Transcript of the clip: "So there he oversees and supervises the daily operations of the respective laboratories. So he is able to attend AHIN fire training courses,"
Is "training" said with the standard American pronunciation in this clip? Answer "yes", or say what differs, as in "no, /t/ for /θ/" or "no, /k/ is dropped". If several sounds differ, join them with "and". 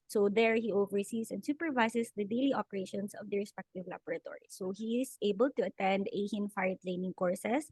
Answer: no, /l/ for /ɹ/